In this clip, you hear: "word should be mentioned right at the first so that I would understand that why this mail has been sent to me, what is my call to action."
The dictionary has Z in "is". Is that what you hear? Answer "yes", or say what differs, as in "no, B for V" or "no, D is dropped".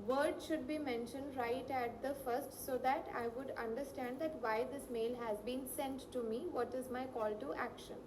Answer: yes